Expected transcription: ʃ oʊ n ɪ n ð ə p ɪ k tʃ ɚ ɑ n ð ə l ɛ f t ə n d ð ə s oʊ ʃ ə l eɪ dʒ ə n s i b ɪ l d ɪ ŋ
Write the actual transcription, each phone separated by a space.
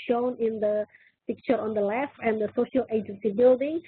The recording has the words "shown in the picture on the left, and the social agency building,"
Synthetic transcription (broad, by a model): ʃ oʊ n ɪ n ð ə p ɪ k tʃ ɚ ɑ n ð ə l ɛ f ə n d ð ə s oʊ ʃ ə l eɪ dʒ ə n s i b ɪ l d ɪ ŋ